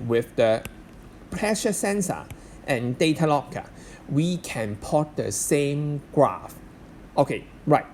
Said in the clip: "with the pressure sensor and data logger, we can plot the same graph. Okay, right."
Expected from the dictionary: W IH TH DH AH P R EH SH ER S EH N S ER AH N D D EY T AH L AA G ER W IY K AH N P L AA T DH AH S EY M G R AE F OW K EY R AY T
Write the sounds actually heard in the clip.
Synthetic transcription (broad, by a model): W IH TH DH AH P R EH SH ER S EH N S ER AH N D D EY T AH L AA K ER W IY K AH N P AA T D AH S EY M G R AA F OW K EY R AY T